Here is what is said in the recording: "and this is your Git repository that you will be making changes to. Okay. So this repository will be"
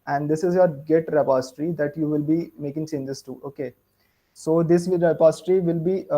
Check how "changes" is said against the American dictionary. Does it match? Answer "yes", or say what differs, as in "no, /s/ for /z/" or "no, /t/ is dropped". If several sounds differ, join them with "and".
no, /s/ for /tʃ/ and /s/ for /z/